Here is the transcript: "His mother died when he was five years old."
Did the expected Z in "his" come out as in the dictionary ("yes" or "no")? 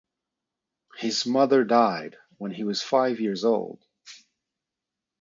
yes